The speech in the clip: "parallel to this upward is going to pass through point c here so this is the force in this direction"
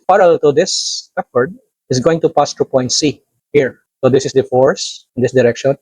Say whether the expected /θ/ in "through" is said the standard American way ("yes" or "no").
no